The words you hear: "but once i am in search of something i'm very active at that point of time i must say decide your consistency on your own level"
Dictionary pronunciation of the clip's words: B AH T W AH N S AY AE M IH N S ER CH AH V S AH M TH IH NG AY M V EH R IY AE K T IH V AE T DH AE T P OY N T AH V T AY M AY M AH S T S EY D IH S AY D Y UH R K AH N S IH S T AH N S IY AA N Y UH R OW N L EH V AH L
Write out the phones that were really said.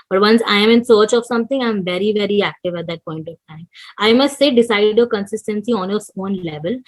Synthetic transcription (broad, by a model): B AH T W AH N S AY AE M IH N S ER CH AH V S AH M T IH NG AY M V EH R IY AE K T IH V AE T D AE T P OY N T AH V T AY M AY M AH S T S EY D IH S AY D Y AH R K AH N S IH S T AH N S IY AA N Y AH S OW N L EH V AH L